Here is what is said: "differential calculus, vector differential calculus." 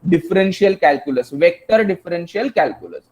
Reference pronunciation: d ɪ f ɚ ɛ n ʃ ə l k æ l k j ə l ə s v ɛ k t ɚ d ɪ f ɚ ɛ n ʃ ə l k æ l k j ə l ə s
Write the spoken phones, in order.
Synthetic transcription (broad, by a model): d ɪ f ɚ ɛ n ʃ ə l k æ l k j ə l ə s v ɛ k t ɚ d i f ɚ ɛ n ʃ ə l k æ l k j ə l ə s